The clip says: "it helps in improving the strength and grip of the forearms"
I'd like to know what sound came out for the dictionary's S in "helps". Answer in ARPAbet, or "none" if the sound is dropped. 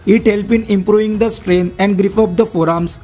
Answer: none